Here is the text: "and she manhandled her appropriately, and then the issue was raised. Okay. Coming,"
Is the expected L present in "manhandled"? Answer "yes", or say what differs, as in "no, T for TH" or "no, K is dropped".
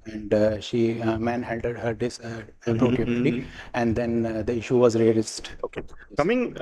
no, L is dropped